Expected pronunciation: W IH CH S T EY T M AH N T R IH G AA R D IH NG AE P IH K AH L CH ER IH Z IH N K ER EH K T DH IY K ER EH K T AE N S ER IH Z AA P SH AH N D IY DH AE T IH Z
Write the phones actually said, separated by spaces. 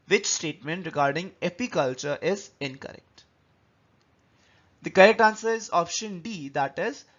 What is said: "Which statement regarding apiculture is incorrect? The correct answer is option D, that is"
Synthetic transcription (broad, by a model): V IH CH S T EY T M AH N T R IH G AA R D IH NG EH P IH K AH L CH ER IH Z IH N K ER EH K T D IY K ER EH K T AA N S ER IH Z AA P SH AH N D IY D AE T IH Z